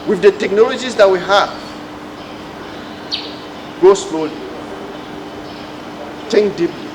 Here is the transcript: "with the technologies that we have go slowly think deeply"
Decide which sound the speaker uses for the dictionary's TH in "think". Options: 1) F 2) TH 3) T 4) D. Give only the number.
3